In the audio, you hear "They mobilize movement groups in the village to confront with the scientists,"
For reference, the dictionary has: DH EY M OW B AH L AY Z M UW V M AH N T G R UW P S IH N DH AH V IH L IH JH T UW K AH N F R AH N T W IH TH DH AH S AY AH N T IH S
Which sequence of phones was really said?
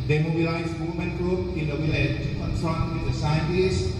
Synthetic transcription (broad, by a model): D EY M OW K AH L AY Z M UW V M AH N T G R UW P IH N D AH W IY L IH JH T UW K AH N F R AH N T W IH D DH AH S AY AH N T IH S